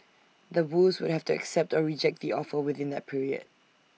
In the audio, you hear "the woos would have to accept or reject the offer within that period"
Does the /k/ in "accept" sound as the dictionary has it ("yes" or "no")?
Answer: yes